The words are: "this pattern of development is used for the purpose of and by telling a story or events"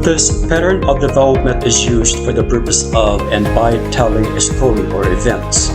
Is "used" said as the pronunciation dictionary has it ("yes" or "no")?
yes